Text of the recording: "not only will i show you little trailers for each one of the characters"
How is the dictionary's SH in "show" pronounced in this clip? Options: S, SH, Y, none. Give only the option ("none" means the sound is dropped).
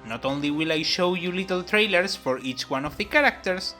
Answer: SH